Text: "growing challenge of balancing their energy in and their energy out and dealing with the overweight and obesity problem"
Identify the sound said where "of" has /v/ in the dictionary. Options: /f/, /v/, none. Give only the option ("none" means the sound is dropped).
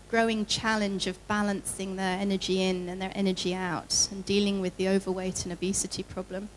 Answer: /v/